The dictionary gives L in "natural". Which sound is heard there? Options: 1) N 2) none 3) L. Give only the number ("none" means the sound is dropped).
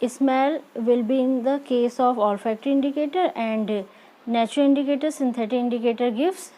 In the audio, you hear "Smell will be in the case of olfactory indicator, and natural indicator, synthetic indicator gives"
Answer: 3